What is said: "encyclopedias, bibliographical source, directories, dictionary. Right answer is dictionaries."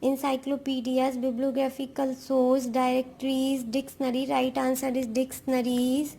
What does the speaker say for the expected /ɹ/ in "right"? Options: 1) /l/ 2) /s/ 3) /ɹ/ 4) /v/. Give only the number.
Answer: 3